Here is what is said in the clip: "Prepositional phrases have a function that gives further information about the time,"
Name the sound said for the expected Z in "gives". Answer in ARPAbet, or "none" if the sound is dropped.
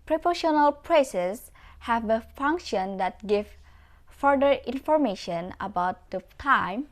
none